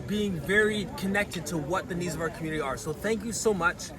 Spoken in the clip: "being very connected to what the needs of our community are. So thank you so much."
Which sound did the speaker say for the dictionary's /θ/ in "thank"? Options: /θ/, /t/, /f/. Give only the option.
/θ/